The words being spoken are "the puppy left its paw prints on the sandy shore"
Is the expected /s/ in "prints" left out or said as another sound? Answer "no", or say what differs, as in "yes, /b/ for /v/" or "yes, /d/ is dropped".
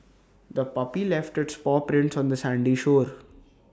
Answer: no